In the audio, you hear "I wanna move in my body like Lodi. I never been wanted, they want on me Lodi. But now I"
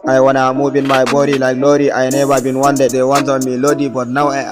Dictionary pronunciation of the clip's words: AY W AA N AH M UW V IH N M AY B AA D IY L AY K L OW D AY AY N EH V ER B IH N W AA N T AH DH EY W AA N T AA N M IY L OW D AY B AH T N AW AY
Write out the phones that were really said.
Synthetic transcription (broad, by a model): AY W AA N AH M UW B IH N M AY B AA D IY L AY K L OW D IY AY N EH B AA B IH N W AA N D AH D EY W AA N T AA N M IY L OW D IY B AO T N AW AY